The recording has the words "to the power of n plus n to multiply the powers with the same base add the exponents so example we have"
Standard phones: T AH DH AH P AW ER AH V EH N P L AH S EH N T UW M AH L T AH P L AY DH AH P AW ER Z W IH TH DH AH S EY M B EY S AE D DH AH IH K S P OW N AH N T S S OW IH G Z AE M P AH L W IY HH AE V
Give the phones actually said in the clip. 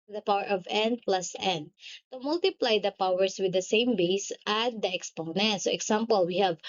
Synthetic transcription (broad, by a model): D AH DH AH P AW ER AH V EH N P L AH S EH N T UW M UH L T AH P L AY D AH P AW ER S W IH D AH S EY M B EY S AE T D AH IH K S P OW N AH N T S S OW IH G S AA M P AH L W IY HH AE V